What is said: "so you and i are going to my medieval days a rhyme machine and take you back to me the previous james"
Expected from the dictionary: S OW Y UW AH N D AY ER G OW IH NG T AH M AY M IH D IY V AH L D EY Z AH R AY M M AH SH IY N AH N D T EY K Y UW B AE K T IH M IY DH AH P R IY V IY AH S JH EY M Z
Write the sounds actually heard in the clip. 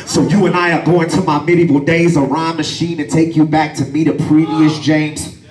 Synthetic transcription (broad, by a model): S OW Y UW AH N AY ER G OW IH NG T AH M AY M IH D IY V L D EY Z AH R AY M M AH SH IY N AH N T EY K Y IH B AE K T IH M IY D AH P R IY V IY AH S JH EY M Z